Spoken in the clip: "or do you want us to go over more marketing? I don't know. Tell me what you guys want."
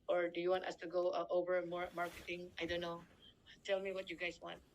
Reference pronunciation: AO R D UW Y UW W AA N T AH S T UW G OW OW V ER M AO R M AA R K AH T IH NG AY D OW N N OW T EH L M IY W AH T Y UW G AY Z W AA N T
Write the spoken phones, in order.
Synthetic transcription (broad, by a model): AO R D UW Y UW W AA N T AH S T UW G OW OW V ER M AO R M AA R K AH T IH NG AY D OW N N OW T EH L M IY W AH T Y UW G AY S W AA N T